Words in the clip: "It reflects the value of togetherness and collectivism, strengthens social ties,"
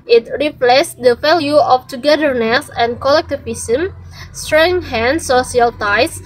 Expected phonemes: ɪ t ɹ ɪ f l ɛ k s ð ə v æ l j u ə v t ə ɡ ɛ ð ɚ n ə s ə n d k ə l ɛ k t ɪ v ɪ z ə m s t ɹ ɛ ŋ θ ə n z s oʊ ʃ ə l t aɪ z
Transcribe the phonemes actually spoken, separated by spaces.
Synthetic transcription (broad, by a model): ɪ t ɹ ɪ p l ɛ s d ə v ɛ l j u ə f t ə ɡ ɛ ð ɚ n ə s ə n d k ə l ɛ k t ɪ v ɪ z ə m s t ɹ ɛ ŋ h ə n s oʊ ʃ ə l t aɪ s